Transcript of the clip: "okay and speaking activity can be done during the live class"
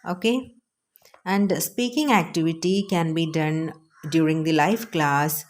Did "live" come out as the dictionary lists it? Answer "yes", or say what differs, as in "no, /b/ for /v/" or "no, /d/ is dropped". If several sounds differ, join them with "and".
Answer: no, /f/ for /v/